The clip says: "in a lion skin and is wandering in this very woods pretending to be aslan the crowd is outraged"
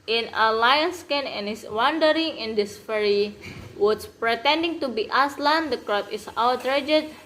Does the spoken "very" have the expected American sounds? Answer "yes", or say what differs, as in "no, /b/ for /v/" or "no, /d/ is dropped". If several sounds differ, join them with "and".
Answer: no, /f/ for /v/